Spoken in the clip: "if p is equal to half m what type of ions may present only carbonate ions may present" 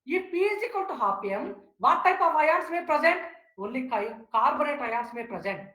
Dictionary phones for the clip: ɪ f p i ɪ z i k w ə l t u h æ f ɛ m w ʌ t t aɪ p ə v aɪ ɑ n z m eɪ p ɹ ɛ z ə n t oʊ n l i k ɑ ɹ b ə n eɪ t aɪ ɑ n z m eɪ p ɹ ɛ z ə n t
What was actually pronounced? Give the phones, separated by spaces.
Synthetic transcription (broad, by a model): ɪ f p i ɪ z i k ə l t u h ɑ p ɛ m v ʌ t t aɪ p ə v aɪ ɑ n s m eɪ p ɹ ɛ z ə n t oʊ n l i k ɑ ɹ b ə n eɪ t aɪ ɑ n s m eɪ p ɹ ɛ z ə n t